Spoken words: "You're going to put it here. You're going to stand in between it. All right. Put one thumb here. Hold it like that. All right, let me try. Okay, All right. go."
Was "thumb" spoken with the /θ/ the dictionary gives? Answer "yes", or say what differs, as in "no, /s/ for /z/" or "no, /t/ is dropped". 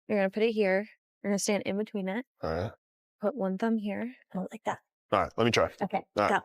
yes